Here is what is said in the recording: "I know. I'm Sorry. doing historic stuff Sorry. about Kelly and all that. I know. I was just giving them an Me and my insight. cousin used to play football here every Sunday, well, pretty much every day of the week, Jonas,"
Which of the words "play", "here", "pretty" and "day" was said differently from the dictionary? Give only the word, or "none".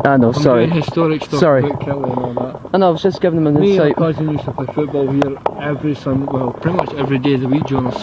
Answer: play